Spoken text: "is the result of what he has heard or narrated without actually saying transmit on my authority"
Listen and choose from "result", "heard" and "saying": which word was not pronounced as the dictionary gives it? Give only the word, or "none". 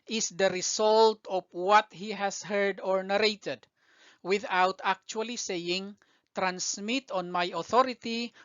result